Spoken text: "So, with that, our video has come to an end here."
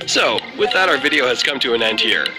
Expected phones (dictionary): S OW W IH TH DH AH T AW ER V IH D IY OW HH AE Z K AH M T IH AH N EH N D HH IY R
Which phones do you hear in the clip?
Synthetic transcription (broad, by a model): S OW W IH DH AH T AW ER V IH D IY OW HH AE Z K AH M T IH AH N EH N D HH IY R